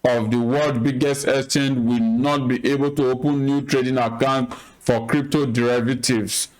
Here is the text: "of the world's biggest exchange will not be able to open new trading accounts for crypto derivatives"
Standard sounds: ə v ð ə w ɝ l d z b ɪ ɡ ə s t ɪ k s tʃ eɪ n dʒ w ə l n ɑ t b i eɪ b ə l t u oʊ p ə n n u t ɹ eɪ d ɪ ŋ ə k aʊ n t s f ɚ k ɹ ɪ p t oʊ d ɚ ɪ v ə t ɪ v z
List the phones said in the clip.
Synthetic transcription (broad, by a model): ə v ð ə w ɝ l d b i ɡ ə s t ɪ s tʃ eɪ n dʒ w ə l n ɑ t b i eɪ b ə l t u oʊ p ə n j u t ɹ eɪ d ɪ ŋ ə k aʊ n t f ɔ k ɹ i p t oʊ d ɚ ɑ v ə t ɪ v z